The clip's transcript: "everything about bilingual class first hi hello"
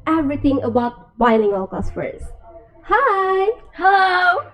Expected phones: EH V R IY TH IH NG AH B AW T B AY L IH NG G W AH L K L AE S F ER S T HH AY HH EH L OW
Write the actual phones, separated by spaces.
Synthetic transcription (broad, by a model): EH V R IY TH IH NG AH B AW T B AY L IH NG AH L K AO S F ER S HH AY HH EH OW